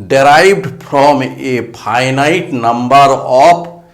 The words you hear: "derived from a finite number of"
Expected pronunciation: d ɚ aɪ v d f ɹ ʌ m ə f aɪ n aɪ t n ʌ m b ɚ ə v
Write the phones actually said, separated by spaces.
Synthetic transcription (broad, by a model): d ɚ aɪ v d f ɹ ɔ m ə p aɪ n aɪ t n ʌ m b ɚ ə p